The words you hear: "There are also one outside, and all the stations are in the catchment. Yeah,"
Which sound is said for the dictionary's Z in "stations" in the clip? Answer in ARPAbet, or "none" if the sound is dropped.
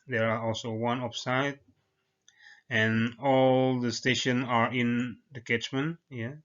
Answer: none